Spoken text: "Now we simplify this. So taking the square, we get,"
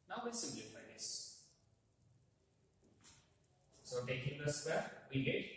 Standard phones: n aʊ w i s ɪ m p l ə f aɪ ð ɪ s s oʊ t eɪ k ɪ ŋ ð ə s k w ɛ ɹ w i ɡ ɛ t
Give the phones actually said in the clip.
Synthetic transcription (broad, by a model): n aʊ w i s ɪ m l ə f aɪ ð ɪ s s oʊ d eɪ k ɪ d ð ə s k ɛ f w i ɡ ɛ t